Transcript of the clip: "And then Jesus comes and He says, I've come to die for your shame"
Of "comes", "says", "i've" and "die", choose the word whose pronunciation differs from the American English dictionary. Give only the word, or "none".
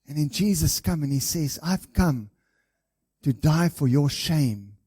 comes